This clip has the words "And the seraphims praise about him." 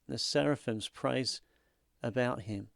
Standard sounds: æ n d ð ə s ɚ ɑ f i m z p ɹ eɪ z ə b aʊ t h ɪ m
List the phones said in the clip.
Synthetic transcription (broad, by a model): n ð ə s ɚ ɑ f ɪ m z p ɹ eɪ z ə b aʊ t h ɪ m